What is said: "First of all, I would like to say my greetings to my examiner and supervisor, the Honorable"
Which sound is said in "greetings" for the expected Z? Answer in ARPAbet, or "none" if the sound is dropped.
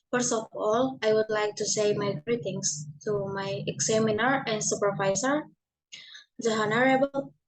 S